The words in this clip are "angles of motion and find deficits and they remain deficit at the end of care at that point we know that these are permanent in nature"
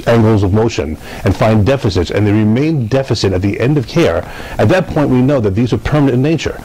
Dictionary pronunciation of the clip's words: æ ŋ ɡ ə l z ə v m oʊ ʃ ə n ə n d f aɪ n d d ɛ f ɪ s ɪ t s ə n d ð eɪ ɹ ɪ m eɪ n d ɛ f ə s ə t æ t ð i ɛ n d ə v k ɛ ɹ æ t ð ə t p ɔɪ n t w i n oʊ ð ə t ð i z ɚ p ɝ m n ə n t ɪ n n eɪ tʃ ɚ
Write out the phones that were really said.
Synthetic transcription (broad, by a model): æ ŋ ɡ l z ə v m oʊ ʃ ə n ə n f aɪ n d d ɛ f ɪ s ɪ t s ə n ð eɪ ɹ ɪ m eɪ n d ɛ f ə s ə t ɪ t ð i ɛ n d ə v k ɛ ɹ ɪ t ð ə t p ɔɪ n t w i n oʊ ð ə t ð i z ɚ p ɝ m ə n ɪ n n eɪ tʃ ɚ